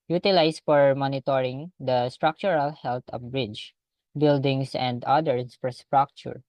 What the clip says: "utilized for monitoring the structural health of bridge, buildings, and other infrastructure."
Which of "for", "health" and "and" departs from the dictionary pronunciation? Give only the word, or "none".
health